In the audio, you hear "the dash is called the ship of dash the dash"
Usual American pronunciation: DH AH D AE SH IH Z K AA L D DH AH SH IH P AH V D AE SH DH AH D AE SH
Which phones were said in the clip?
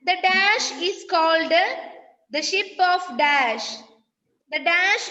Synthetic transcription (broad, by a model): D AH D AE SH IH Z K AA L D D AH SH IH P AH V D AE SH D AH D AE SH